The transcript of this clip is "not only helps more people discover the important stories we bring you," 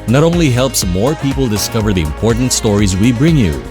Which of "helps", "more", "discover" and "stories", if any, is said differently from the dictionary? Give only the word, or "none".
none